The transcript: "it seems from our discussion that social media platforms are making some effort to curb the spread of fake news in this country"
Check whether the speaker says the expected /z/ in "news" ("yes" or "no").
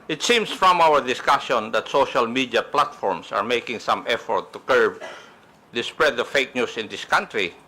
no